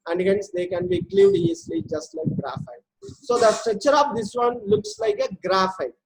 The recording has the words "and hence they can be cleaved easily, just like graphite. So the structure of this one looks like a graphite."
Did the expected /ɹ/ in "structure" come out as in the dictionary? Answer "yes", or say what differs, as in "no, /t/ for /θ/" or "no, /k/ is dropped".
yes